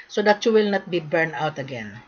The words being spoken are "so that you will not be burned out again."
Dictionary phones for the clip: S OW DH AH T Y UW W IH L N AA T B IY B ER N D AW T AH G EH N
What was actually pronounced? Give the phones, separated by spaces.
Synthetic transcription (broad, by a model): S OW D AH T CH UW W IH L N AA T B IY B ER N AW T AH G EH N